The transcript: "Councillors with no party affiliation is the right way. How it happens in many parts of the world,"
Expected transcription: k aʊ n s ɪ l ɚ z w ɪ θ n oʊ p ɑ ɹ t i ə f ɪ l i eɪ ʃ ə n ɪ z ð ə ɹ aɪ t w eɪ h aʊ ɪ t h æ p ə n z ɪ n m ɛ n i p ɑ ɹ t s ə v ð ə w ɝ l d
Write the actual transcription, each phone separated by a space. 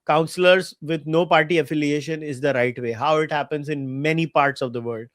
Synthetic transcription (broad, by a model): k aʊ n s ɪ l ɚ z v ɪ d n oʊ p ɑ ɹ t i ə f ɪ l i eɪ ʃ ə n ɪ z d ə ɹ aɪ t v eɪ h aʊ ɪ t h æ p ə n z ɪ n m ɛ n i p ɑ ɹ t s ə v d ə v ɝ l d